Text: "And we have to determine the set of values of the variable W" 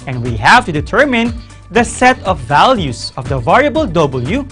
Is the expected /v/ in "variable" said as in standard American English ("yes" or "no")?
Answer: yes